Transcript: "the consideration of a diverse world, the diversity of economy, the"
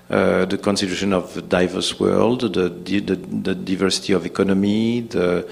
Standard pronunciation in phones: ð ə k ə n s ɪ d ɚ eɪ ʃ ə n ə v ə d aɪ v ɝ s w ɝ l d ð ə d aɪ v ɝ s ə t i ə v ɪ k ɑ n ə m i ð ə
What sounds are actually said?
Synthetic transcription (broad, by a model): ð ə k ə n s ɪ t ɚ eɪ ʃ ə n ə v d aɪ v ɝ s w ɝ l d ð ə d aɪ v ɝ s ə t i ə v ɪ k ɑ n ə m i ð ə